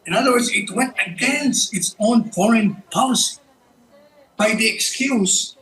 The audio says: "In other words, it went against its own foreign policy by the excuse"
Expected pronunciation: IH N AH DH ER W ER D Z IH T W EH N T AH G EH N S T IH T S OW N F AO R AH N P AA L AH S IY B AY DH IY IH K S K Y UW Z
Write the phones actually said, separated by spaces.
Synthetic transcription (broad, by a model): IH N AH DH ER W ER D Z IH T W EH N T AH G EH N S IH T S OW N F AO R AH N P AA L AH S IY B AY DH IY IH K S K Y UW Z